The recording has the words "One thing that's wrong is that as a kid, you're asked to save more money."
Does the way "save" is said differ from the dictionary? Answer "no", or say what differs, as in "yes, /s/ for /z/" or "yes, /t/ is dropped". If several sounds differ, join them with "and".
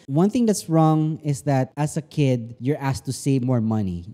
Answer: no